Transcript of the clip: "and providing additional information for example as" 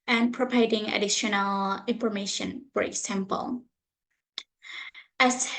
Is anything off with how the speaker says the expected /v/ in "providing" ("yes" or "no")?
yes